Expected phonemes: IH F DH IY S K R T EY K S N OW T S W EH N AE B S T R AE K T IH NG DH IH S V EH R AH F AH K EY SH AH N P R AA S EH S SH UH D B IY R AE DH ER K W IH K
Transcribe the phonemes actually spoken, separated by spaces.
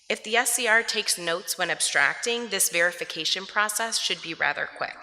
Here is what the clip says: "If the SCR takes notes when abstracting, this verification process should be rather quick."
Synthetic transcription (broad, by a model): IH F DH IY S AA R T EY K S N OW T S W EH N AE B S T R AE K T IH NG DH IH S V EH R AH F AH K EY SH AH N P R AA S EH S SH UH D B IY R AE DH ER K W IH K